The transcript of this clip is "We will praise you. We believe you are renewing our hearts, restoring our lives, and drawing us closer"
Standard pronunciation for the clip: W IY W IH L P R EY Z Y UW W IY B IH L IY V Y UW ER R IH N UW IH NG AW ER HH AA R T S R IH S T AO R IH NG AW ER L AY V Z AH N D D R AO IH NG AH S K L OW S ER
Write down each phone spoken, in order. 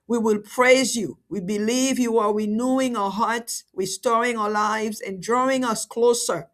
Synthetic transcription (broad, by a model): W IY W IH L P R EY Z Y UW W IY B IH L IY V Y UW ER W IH N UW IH NG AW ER HH AA R T S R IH S T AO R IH NG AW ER L AY V Z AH N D D R AO IH NG AH S K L OW S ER